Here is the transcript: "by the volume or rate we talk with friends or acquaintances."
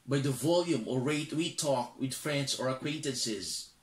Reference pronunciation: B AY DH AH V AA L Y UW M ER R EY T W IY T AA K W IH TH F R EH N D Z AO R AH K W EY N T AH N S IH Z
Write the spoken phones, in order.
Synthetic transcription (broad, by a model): B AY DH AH V AA L Y UW M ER R EY T W IY T AA K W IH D F R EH N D S AO R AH K W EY N T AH N S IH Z